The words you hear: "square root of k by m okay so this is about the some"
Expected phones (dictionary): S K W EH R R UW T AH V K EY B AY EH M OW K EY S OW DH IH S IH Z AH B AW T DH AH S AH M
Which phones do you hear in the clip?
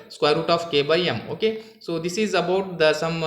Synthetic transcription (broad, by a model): S K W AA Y R UW T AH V K EY B AY EH M OW K EY S OW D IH S IH Z AH B AW T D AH S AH M